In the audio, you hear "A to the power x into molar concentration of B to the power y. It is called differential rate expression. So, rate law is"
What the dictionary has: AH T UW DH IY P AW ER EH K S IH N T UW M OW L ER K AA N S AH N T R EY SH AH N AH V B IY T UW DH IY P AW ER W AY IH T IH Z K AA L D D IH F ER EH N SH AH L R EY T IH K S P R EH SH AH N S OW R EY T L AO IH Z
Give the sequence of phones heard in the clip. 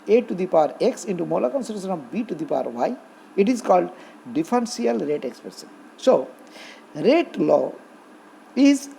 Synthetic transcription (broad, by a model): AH T UW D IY P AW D EH K S IH N T UW M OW L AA K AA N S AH T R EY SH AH N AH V B IY T UW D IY P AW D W AY IH T IH Z K AA L D D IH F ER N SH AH L R EY T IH K S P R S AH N S OW R EY T L AO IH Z